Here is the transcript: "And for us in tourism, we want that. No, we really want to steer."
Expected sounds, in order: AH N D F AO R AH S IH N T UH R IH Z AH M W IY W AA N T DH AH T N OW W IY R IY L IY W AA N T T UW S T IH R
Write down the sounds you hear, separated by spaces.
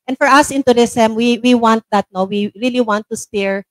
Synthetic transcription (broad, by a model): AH N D F AO R AH S IH N T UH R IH S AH M W IY W AA N T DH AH T N OW W IY R IY L IY W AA N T T UW S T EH R